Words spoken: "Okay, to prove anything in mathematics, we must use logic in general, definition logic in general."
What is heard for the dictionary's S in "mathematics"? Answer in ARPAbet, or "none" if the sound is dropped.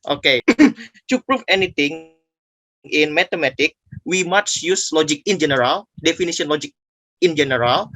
none